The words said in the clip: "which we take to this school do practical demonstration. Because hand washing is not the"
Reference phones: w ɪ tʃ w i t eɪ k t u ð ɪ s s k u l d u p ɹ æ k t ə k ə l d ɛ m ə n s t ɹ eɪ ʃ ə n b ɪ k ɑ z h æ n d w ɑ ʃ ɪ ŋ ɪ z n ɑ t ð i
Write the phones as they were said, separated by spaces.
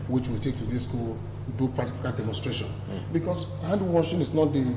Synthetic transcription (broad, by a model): w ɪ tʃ w i t eɪ k t u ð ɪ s s k u l d u p ɑ t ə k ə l d ɛ m ə n s t ɹ eɪ ʃ ə n b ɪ k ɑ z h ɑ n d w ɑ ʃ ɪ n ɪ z n ɑ t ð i